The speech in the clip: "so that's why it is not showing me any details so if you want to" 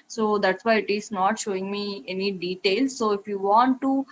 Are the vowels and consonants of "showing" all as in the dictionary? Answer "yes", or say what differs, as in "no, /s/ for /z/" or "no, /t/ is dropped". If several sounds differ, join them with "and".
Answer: yes